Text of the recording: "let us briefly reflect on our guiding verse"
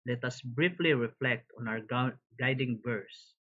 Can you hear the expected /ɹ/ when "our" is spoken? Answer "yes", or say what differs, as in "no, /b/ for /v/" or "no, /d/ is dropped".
no, /w/ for /ɹ/